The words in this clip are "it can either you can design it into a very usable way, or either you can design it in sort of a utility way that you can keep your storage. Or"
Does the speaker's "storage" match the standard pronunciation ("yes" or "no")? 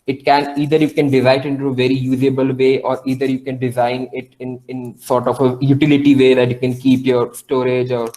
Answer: yes